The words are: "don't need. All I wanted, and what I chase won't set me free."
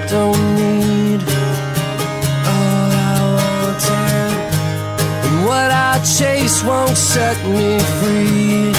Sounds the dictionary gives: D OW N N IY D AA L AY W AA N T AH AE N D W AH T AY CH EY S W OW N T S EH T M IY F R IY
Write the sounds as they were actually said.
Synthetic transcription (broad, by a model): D OW N N IY D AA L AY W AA T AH W AH T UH CH EY S W OW N T S EH T M IY F R IY